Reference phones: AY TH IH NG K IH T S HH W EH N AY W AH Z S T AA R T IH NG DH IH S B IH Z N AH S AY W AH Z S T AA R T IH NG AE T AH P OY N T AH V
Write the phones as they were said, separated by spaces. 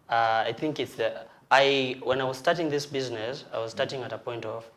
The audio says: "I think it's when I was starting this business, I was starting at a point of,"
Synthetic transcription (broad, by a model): AY TH IH NG K IH T S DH W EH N AY W AH Z S T AA R T IH NG DH IH S B IH Z N AH S AY W AH Z S T AA R T IH NG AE T AH P OY N T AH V